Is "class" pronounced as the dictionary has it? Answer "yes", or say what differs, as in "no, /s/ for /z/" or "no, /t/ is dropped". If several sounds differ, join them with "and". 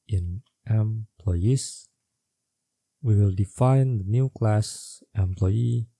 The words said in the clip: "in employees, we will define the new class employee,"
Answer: yes